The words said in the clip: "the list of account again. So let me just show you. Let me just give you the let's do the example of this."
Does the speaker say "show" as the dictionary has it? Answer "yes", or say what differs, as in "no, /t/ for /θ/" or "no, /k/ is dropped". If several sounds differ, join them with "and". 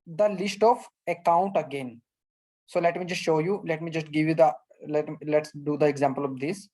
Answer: yes